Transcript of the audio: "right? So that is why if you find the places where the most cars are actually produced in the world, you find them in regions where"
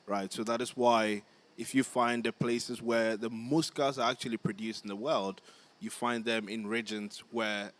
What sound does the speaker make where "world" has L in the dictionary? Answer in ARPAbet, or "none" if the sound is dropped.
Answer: L